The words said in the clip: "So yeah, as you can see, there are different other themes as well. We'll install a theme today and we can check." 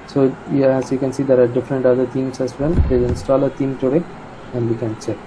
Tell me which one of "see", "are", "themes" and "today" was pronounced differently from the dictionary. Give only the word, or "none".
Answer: themes